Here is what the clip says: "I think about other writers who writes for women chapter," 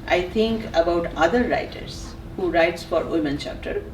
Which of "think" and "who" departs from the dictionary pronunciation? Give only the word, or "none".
think